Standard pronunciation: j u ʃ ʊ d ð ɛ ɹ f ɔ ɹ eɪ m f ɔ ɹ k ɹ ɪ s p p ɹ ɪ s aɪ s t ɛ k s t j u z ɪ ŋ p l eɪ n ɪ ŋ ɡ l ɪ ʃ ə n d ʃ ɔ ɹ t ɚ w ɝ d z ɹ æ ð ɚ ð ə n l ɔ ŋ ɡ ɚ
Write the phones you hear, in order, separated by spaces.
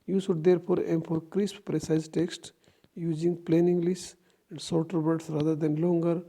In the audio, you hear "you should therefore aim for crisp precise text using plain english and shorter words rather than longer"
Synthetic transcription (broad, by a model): j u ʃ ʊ d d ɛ ɹ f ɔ ɹ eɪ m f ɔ ɹ k ɹ ɪ s p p ɹ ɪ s aɪ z t ɛ k s t j u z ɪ ŋ p l eɪ n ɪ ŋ ɡ l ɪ s ə n d s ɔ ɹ t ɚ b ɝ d s ɹ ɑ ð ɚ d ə n l ɔ ŋ ɡ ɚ